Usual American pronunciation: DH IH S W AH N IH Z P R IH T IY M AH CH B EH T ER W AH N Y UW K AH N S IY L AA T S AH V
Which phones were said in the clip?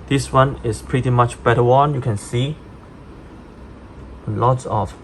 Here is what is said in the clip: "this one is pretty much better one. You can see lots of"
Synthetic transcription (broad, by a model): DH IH S W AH N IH S P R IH T IY M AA CH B EH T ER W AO N Y UW K AH N S IY L AA T S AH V